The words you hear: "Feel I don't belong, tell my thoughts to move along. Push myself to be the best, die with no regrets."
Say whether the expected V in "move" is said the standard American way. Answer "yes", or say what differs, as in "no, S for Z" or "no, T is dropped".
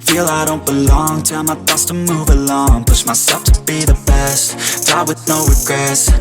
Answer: yes